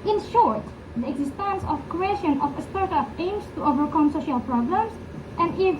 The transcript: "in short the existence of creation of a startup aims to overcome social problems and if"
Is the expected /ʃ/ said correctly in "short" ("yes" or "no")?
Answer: yes